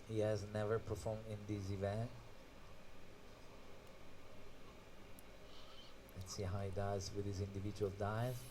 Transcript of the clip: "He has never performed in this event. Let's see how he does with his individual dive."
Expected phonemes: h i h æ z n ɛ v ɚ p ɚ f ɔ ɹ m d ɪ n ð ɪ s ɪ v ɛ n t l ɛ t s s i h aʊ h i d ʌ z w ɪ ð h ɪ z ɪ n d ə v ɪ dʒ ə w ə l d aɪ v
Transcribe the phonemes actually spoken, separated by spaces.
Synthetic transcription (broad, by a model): h i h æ z n ɛ v ɚ p ɚ f ɔ ɹ m d ɪ n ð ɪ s ɪ v ɛ n t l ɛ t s s i h aʊ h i d ʌ z w ɪ ð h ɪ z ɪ n d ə v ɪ dʒ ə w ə l d aɪ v